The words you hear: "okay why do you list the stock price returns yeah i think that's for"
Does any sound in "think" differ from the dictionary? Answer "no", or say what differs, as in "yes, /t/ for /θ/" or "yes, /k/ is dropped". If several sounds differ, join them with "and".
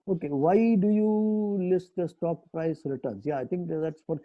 yes, /t/ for /θ/